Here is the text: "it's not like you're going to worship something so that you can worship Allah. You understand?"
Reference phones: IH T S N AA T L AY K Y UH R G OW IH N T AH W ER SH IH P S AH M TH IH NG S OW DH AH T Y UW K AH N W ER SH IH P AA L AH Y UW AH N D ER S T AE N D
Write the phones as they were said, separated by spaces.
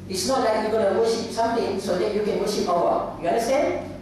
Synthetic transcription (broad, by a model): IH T S N AA T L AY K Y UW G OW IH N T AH W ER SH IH P S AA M T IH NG S OW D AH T Y UW K AH N W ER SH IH P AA W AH Y UW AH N D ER S T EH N